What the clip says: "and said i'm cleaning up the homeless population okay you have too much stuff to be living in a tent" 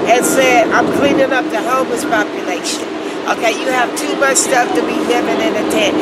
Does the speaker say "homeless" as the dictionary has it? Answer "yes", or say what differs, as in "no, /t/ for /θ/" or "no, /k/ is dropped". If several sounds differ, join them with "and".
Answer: no, /l/ is dropped